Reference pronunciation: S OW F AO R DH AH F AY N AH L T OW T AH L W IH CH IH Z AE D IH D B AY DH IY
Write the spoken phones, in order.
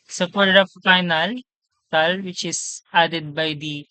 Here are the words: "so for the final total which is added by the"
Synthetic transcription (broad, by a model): S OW P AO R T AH F AY N AH L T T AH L W IH CH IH S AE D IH D B AY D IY